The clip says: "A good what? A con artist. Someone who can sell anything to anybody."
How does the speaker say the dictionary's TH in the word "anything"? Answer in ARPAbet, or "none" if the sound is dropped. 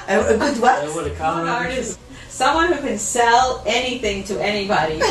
TH